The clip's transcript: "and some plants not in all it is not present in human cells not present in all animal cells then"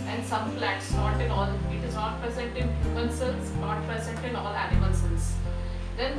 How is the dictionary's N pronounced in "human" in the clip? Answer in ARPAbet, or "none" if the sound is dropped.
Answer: L